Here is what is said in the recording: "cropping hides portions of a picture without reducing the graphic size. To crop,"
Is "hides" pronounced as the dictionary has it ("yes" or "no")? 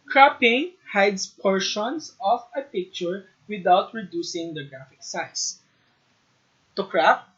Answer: no